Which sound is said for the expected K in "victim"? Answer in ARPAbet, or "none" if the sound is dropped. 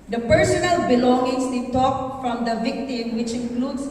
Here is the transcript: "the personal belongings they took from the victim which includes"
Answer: K